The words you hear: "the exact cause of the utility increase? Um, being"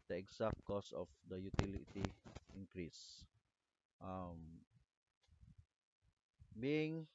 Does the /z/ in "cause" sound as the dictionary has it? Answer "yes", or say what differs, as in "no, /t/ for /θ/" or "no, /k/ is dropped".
no, /s/ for /z/